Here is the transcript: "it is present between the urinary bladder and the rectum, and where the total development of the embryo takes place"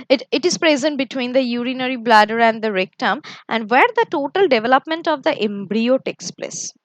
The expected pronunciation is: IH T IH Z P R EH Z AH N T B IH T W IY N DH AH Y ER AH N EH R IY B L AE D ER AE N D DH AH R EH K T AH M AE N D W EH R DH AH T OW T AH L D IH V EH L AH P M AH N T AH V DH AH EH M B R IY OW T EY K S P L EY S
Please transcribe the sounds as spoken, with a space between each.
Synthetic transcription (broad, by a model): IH T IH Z P R EH Z AH N T B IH T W IY N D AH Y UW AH N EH R IY B L AE D ER AE N D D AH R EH K T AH M AE N D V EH R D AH T OW T AH L D IH V EH L AH P M AH N T AH V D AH EH M B R IY OW T EY K S P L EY S